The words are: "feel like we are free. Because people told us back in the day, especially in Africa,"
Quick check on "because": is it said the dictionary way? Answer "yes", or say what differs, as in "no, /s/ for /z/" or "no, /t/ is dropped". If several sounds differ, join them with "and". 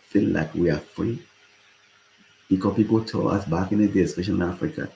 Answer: no, /z/ is dropped